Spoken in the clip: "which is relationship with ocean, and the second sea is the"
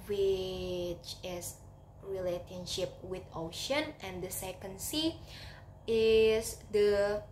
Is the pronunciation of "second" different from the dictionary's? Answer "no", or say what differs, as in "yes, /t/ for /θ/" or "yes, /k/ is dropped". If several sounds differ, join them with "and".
no